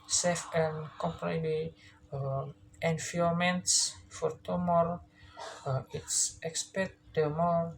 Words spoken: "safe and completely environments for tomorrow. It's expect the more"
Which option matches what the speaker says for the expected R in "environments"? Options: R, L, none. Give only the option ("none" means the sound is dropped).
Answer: none